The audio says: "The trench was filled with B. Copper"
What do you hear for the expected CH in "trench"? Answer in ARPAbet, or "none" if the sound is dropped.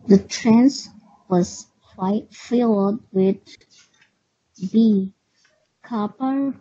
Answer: S